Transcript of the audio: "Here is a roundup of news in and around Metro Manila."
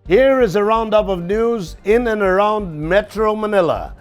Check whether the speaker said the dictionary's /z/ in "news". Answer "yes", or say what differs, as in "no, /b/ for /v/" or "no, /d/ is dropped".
yes